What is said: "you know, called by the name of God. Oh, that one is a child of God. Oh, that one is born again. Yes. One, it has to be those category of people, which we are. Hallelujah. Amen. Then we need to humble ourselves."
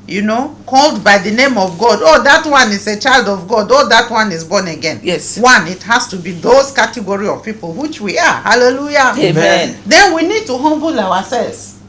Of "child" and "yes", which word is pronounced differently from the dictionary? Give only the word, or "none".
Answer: none